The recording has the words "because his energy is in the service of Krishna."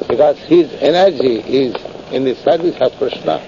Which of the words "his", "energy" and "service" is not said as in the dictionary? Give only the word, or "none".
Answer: none